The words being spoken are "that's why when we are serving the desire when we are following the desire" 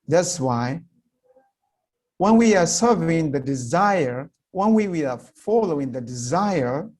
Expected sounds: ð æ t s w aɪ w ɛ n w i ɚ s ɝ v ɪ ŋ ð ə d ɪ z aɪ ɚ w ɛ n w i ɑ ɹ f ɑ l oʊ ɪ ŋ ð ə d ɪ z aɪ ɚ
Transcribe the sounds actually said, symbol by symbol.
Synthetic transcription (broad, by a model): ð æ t s w aɪ w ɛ n w i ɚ s ɝ v ɪ ŋ ð ə d ɪ z aɪ ɚ w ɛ n w i ɑ ɹ f ɑ l oʊ ɪ ŋ ð ə d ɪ z aɪ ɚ